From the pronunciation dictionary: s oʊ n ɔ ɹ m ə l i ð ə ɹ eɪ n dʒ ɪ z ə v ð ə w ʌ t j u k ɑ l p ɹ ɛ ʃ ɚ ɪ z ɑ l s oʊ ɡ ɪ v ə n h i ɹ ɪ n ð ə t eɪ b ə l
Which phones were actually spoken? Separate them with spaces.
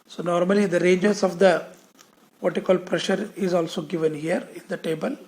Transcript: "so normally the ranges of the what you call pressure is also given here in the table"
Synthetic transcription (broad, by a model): s oʊ n ɔ ɹ m ə l i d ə ɹ eɪ n dʒ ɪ s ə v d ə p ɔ t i k ɑ l p ɹ ɛ ʃ ɚ ɪ z ɑ l s oʊ ɡ ɪ v ə n h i ɹ ɪ n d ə t eɪ b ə l